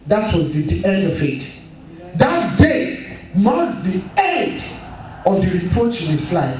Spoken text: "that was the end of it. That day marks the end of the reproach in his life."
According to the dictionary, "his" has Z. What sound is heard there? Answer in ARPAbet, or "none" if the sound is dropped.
S